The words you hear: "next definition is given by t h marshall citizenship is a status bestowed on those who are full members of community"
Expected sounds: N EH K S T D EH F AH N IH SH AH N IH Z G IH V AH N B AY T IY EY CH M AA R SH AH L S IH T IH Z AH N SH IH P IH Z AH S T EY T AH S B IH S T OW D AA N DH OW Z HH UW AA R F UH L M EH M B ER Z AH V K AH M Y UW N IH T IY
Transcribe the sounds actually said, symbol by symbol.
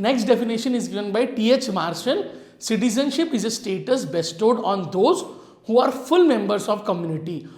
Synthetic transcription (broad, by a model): N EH K S T D EH F AH N IH SH AH N IH Z G IH V AH N B AY T IY EY CH M AA R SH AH N S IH T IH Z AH N SH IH P IH Z AH S T EY T AH S B IH S T OW D AA N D OW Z HH UW AA R F UH L M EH M B ER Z AH V K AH M Y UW N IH T IY